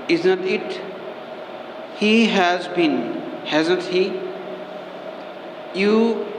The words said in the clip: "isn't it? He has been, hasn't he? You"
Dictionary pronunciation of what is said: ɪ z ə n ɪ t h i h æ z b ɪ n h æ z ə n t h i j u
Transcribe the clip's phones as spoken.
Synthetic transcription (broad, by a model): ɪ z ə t ɪ t h i h æ z b ɪ n h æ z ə t h i j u